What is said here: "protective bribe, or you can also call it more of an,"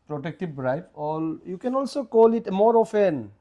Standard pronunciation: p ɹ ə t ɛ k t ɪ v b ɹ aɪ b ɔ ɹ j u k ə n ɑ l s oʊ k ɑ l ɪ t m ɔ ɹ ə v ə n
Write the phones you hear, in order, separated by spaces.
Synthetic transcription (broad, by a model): p ɹ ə t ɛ k t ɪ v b ɹ aɪ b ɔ l j u k ə n ɑ l s oʊ k ɑ l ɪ t m ɔ ɹ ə f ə n